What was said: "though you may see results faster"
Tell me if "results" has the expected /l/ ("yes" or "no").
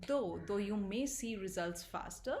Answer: yes